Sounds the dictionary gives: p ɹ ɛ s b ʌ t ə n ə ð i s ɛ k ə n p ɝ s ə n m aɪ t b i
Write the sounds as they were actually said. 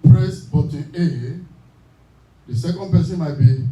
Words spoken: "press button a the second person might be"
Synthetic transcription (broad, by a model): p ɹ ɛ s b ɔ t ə l ə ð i s ɛ k ə n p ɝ s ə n m aɪ t b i